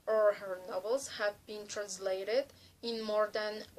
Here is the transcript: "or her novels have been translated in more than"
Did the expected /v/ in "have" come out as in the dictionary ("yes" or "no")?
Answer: yes